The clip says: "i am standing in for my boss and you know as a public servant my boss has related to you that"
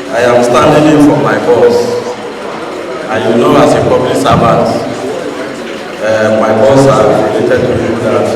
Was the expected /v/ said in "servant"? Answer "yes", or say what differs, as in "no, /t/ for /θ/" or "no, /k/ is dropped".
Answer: no, /b/ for /v/